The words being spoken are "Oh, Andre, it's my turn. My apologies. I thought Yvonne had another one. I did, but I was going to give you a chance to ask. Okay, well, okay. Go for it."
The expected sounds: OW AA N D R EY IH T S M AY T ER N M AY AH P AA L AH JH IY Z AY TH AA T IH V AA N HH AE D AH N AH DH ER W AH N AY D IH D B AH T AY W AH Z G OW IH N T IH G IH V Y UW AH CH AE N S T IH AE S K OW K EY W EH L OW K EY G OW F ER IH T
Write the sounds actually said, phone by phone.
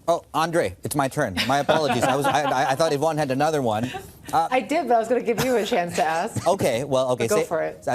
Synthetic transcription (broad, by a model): OW AA N D R EY IH T S M AY T ER N M AY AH P AA L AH JH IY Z AY TH AA T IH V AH N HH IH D AH N AH DH ER W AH N AY D IH D B AH T AY W AH Z G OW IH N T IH G IH V Y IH AH CH AE N S T IH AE S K OW K EY W EH L OW K EY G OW F ER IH T